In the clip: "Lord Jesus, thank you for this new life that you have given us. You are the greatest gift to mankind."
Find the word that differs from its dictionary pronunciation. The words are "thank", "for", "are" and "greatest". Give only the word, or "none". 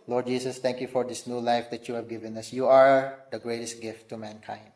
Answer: thank